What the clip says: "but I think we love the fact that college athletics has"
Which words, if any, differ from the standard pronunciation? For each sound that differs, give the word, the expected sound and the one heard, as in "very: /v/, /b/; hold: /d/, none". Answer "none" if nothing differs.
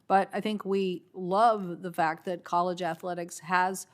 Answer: none